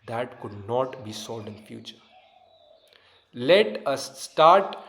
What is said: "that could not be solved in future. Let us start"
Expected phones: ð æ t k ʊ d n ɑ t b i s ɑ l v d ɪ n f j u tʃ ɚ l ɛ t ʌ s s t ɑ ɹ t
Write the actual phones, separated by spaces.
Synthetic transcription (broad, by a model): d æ t k ʊ d n ɑ t b i s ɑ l d ɪ n f j u tʃ ɚ l ɛ t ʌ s s t ɑ ɹ t